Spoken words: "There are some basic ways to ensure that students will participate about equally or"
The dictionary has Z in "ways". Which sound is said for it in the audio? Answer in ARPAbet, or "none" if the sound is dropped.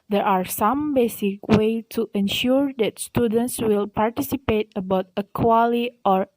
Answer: none